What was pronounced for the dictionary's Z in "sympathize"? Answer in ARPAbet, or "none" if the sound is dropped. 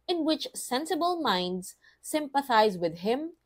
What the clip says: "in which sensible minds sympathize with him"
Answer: Z